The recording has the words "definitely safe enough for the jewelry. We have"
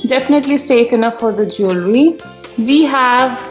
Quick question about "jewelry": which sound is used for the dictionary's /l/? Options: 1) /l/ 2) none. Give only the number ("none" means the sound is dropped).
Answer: 1